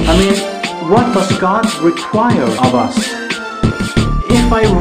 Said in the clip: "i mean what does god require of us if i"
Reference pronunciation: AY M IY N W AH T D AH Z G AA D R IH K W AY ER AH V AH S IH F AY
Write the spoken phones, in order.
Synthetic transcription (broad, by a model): AY M IY N W AH T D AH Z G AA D R IH K W AY ER AH V AH S IH F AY